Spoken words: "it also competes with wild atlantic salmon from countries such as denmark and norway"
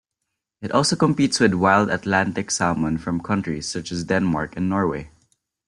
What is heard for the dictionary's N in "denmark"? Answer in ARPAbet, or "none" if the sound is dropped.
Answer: N